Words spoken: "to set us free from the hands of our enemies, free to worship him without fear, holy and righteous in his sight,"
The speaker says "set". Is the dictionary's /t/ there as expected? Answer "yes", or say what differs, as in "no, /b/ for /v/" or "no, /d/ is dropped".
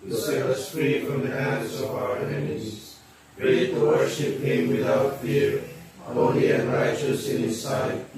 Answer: no, /t/ is dropped